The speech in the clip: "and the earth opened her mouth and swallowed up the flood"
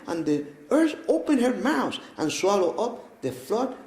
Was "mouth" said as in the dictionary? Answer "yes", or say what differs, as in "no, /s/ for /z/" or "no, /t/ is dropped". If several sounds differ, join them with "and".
no, /s/ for /θ/